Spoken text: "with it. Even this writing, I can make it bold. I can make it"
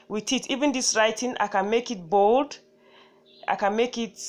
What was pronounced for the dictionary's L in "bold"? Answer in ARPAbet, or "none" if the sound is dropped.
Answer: L